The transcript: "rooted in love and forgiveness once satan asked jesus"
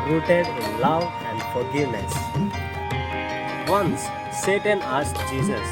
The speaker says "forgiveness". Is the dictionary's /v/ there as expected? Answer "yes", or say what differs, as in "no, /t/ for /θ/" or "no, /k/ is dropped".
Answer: no, /v/ is dropped